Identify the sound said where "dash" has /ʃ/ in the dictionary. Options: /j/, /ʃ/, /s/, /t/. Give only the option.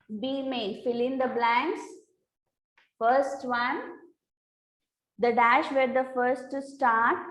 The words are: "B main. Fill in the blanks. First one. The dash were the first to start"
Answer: /ʃ/